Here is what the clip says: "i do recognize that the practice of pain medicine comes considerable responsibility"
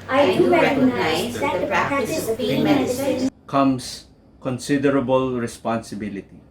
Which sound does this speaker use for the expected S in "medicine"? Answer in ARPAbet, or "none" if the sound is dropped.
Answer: none